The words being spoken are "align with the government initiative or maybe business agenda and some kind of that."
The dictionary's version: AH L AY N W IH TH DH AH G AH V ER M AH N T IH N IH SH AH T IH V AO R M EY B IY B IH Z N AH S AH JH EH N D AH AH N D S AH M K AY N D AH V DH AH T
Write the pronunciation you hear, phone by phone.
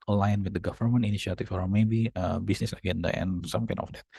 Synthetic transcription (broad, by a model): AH L AY N W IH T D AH G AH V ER M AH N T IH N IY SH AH T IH F AO R M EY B IY B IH S N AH S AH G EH N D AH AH N S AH M K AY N AH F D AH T